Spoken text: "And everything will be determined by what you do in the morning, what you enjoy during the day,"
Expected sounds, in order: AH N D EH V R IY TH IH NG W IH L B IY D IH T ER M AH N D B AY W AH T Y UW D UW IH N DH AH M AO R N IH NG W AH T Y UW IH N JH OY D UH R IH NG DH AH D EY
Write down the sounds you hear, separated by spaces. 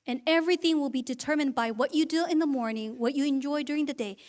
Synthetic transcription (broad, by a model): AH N EH V R IY TH IH NG W IH L B IY D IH T ER M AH N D B AY W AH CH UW D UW IH N DH AH M AO R N IH NG W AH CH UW IH N JH OY D UH R IH NG DH AH D EY